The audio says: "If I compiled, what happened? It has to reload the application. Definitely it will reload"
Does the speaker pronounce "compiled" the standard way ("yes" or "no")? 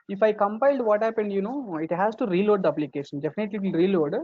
yes